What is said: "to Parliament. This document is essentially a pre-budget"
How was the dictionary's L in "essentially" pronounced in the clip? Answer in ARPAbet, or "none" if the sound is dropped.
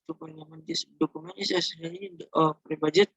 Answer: none